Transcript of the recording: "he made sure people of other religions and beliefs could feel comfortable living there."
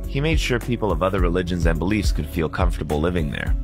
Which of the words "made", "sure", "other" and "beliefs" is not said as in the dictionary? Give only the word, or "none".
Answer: none